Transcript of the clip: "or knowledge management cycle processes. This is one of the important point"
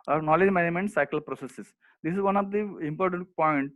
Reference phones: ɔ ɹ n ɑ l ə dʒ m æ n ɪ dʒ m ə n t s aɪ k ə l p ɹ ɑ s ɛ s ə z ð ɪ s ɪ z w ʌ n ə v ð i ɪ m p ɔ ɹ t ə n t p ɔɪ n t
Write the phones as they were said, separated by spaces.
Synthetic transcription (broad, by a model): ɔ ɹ n ɑ l ə dʒ m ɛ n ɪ m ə n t s aɪ k ə l p ɹ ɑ s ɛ s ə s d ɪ s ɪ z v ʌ n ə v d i ɪ m p ɔ ɹ t ə n t p ɔɪ n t